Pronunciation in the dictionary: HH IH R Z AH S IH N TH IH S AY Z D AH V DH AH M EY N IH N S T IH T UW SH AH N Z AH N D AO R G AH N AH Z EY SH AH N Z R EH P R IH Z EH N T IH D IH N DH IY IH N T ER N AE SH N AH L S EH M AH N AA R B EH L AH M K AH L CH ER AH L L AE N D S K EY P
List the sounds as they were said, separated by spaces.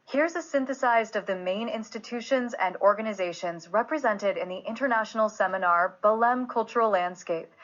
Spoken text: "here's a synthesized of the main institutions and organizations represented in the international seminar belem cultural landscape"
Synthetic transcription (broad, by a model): HH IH R Z AH S IH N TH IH S AY Z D AH V DH AH M EY N IH N S T IH T UW SH AH N Z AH N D AO R G AH N AH Z EY SH AH N Z R EH P R IH Z EH N T IH D IH N DH IY IH N T ER N AE SH N L S EH M AH N AA R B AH L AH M K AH L CH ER L L AE N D S K EY P